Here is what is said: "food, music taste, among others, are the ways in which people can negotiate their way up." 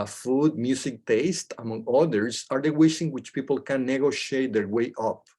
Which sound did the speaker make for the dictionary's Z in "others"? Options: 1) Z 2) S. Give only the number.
2